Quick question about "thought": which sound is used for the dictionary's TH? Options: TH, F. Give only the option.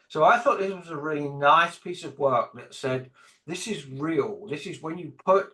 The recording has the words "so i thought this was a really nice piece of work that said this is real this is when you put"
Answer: TH